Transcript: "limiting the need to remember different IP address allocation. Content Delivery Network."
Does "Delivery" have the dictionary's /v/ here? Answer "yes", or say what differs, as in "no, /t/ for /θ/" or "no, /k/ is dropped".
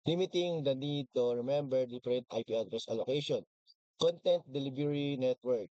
no, /b/ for /v/